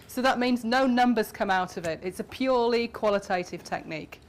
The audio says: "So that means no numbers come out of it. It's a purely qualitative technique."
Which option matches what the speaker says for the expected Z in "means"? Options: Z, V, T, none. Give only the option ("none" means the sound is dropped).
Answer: Z